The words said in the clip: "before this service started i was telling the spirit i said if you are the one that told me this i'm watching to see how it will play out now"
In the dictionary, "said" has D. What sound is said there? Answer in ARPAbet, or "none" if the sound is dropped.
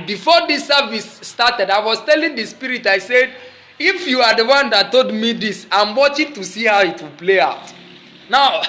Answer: D